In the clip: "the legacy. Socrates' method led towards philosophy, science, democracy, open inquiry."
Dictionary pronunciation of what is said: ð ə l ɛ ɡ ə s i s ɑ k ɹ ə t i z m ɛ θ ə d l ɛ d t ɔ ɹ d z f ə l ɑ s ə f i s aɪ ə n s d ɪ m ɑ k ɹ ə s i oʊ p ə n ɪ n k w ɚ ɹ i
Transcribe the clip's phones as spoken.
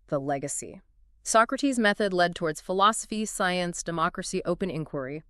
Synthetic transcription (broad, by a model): ð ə l ɛ ɡ ə s i s ɑ k ɹ ə t i z m ɛ θ ə d l ɛ d t ɔ ɹ d z f ə l ɑ s ə f i s aɪ ə n s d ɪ m ɑ k ɹ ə s i oʊ p ə n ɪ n k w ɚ ɹ i